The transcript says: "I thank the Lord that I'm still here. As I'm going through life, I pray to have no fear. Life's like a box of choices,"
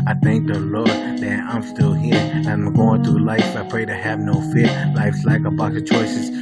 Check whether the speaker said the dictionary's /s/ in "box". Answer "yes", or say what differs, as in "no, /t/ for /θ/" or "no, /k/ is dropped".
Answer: no, /s/ is dropped